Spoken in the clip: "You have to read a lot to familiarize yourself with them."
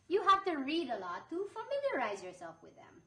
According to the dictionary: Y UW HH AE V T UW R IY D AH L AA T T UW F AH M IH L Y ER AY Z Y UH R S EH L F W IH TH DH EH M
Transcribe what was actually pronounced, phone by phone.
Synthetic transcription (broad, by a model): Y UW HH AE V T UW R IY D AH L AA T T UW F AH M IH L Y ER AY Z Y UH R S EH L F W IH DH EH M